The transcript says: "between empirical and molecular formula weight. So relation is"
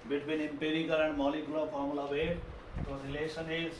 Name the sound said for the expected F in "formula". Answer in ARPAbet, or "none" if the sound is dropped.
P